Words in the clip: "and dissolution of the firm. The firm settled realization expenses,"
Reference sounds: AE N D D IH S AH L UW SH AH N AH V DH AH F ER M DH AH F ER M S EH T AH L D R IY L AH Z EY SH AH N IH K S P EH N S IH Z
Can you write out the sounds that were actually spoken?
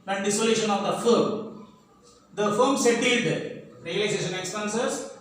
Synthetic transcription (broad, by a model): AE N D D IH S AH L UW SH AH N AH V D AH F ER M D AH F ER M S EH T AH D R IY L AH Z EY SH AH N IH K S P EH N S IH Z